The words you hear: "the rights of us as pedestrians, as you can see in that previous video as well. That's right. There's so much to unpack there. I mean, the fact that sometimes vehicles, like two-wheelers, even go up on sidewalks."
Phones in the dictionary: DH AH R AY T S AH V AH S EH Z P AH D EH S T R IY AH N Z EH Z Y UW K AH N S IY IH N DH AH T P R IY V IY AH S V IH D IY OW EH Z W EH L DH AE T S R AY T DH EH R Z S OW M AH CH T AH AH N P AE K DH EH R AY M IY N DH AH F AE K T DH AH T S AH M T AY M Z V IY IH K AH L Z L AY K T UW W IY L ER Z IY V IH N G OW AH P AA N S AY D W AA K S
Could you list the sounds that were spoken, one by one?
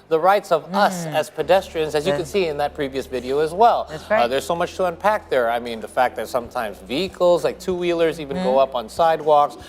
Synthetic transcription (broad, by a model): DH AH R AY T S AH V AH S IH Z P AH D EH S T R IY AH N Z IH Z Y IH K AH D S IY IH N DH AH T P R IY V IY AH S V IH D IY OW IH Z W EH L DH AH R R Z S OW M AH CH T AH AH N P AE K DH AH R AY M IY N DH AH F AE K DH AH T S AH M T AY M Z V IY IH K L Z L AY K T UW W IY L ER Z IY V IH N G OW AH P N S AY D W AA K S